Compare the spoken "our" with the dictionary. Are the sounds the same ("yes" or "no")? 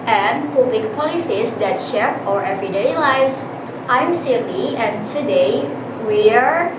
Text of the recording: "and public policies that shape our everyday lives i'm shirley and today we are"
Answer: yes